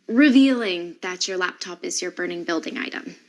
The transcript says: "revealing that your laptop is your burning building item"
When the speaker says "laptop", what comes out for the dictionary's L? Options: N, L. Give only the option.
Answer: L